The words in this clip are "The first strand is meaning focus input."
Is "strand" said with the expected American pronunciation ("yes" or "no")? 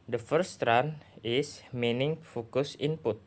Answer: no